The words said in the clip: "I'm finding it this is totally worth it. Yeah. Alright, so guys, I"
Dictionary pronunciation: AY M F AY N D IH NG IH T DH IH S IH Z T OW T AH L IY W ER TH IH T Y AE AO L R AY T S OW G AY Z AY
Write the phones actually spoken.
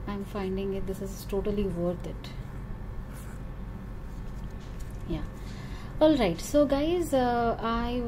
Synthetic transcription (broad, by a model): AY M F AY N D IH NG IH T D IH S IH Z T OW T AH L IY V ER T IH T Y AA AO L R AY T S OW G AY Z AY